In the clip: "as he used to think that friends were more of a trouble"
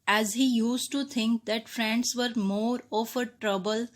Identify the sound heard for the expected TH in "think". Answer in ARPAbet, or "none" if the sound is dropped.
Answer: T